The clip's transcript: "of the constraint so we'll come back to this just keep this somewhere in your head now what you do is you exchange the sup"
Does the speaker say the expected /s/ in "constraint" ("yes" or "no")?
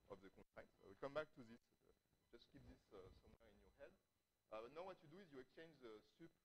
no